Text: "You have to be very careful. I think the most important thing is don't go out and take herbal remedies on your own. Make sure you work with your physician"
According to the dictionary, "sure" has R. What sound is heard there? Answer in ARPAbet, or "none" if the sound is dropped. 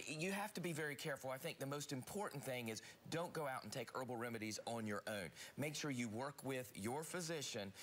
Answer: R